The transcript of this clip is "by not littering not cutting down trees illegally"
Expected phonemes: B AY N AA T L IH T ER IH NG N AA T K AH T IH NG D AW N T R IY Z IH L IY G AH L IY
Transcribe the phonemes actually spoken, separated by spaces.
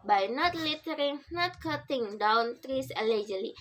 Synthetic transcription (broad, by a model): B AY N AA T L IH T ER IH NG N AA T K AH T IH NG D AW N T R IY S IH L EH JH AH L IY